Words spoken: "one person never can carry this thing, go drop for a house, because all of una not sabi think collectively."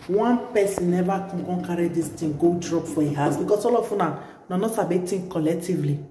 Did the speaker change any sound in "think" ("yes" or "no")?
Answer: yes